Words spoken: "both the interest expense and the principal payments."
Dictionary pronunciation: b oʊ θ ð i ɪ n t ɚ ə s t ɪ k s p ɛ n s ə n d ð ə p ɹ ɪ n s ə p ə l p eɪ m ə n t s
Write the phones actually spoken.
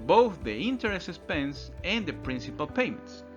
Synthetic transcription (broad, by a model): b oʊ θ ð i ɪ n t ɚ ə s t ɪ s p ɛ n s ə n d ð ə p ɹ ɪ n s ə p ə l p eɪ m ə n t s